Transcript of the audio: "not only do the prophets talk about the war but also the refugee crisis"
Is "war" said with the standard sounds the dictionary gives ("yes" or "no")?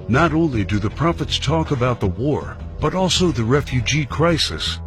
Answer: yes